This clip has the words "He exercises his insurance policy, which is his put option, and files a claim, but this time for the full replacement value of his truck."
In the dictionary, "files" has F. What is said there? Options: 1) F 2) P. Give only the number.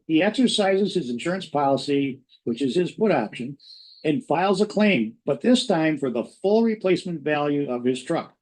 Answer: 1